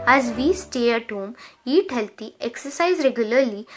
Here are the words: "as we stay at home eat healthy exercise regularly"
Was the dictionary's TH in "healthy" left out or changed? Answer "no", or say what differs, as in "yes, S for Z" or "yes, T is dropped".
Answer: yes, T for TH